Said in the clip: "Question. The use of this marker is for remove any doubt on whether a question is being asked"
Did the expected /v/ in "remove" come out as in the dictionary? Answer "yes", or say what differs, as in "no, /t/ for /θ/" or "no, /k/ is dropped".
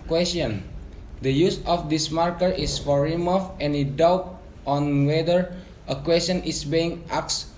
no, /f/ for /v/